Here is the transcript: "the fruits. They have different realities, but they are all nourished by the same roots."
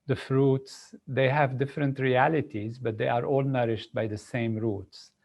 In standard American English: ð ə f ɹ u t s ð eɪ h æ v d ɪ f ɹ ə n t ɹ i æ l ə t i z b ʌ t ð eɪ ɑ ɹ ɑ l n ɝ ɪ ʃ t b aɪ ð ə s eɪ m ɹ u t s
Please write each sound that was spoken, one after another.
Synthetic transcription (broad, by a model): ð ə f ɹ u t s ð eɪ h æ v d ɪ f ɹ ə n t ɹ i æ l ə t i z b ʌ t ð eɪ ɑ ɹ ɑ l n ɝ ɪ ʃ t b aɪ ð ə s eɪ m ɹ u t s